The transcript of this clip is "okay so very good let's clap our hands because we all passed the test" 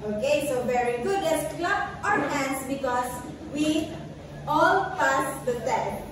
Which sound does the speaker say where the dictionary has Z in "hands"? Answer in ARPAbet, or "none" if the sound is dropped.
S